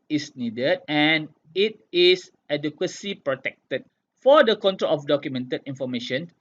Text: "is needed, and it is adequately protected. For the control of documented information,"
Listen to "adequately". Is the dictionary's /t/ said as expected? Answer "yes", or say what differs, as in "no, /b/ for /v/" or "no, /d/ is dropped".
no, /s/ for /t/